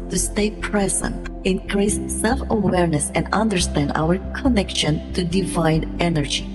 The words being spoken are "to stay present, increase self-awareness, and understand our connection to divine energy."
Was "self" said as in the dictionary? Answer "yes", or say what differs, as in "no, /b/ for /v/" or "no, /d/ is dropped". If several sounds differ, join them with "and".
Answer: yes